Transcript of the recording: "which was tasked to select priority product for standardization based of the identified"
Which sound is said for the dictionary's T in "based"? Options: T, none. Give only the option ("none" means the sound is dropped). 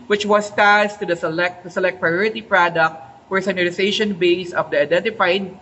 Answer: none